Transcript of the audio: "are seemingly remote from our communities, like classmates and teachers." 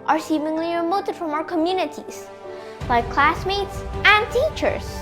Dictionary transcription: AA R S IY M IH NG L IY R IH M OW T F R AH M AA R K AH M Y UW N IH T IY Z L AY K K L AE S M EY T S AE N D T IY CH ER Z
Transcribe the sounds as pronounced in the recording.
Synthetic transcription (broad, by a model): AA R S IY M IH NG L IY R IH M OW T F R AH M AA R K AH M Y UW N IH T IY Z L AY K K L AE S M EY T S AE N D T IY CH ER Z